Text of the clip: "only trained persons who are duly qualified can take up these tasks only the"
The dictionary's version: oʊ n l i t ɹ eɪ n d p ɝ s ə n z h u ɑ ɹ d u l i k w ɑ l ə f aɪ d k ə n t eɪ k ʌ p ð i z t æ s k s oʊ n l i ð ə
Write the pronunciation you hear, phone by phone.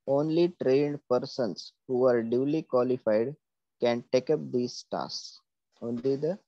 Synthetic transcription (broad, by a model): oʊ n l i t ɹ eɪ n d p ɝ s ə n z h u ɑ ɹ d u l i k w ɑ l ə f aɪ d k ə n t eɪ k ʌ p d i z t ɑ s s oʊ n l i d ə